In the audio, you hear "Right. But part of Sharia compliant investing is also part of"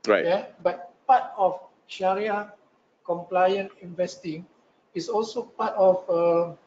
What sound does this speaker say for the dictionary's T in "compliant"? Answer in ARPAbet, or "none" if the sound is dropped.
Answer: none